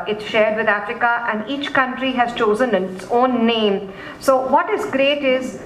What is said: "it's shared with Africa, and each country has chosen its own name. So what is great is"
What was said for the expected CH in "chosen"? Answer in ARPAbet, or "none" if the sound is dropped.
CH